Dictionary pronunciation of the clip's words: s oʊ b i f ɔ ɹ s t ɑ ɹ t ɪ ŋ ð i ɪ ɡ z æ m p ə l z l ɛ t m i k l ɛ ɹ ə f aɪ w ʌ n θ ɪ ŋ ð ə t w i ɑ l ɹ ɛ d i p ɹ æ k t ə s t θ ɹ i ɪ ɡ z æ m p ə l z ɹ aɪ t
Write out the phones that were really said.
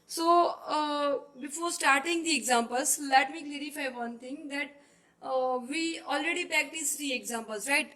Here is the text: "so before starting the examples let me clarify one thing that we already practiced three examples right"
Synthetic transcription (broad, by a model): s oʊ b i f ɔ ɹ s t ɑ ɹ t ɪ ŋ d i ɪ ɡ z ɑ m p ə l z l ɛ t m i k l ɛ ɹ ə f aɪ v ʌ n t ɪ ŋ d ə t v i ɑ l ɹ ɛ d i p æ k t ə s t ɹ i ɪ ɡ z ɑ m p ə l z ɹ aɪ t